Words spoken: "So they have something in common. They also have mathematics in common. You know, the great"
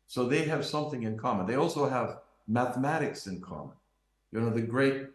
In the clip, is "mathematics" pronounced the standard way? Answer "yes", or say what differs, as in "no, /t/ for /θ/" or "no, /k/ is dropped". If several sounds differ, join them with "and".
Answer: yes